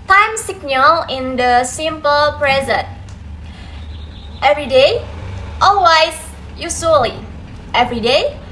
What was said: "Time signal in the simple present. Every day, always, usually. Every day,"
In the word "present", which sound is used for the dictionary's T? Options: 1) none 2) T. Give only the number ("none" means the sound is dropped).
2